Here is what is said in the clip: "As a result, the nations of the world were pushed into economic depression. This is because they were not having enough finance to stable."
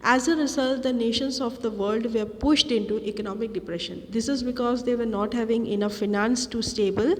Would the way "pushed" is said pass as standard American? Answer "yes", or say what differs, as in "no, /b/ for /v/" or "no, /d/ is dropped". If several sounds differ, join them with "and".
yes